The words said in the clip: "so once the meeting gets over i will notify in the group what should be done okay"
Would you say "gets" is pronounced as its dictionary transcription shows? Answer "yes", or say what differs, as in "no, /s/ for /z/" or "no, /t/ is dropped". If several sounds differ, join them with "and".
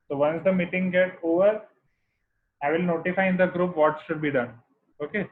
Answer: no, /s/ is dropped